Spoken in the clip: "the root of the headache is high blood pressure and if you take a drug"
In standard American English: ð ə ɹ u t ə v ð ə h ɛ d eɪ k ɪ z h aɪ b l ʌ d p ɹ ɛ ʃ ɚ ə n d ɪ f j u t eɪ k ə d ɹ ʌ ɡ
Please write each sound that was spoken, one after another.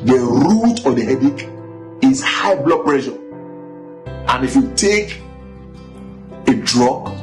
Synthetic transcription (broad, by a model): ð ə ɹ u t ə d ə h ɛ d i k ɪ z h aɪ b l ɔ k p ɹ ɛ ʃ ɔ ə n ɪ f j u t eɪ k ə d ɹ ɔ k